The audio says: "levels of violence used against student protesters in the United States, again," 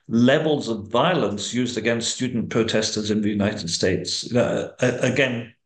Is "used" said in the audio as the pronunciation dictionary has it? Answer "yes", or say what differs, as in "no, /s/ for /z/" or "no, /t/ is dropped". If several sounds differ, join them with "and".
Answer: yes